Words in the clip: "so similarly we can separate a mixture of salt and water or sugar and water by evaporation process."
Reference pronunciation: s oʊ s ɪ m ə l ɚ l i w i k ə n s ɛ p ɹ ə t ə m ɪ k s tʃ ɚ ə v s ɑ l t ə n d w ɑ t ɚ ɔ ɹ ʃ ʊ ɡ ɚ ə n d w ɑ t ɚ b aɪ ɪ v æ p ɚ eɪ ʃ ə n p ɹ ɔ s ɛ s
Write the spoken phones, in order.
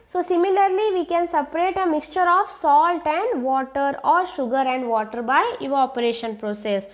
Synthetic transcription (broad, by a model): s oʊ s ɪ m ə l ɚ l i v i k ə n s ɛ p ɹ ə t ə m ɪ k s tʃ ɚ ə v s ɑ l t ə n d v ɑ t ɚ ɔ ɹ ʃ ʊ ɡ ɚ ə n d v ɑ t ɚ b aɪ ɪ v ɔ p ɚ eɪ ʃ ə n p ɹ ɔ s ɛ s